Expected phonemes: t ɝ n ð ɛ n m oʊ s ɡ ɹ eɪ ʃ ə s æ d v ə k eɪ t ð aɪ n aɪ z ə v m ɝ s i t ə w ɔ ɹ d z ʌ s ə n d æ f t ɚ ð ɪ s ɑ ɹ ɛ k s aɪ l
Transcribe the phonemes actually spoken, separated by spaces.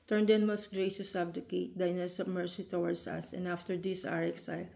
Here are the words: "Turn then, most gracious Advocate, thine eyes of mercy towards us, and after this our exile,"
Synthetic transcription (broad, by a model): t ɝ n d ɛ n m oʊ s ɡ ɹ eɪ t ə s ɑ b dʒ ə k eɪ t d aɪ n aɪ s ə b m ɝ s i t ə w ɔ ɹ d s ʌ s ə n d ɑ f t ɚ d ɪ s ɑ ɹ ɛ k s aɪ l